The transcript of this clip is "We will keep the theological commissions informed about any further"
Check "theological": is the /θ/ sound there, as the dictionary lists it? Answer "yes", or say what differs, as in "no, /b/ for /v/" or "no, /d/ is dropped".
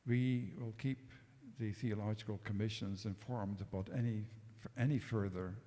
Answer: yes